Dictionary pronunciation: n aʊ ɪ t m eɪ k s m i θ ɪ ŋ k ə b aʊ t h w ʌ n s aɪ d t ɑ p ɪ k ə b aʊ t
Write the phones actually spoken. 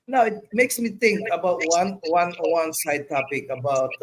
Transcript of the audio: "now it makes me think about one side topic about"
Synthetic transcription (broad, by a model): n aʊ ɪ t m eɪ k s m i t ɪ ŋ k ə b aʊ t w w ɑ n s aɪ d t ɑ p ɪ k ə b aʊ t